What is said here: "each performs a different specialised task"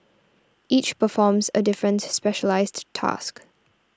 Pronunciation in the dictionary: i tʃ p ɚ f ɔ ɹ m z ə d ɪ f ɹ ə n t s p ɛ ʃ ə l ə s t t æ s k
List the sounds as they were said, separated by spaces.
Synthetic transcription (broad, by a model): i tʃ p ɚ f ɔ m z ə d ɪ f ɹ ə n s p ɛ ʃ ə l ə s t t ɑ s k